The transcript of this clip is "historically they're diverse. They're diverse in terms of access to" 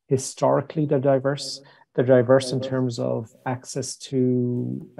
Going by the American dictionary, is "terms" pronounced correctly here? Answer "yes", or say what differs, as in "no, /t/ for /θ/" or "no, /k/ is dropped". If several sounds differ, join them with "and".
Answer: yes